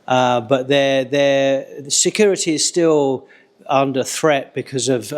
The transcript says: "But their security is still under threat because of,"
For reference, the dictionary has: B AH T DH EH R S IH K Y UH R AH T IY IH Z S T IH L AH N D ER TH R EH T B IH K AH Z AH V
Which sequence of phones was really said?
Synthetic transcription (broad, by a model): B AH T DH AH R S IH K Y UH R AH T IY IH Z S T IH L AH N D ER TH R EH T B IH K AH Z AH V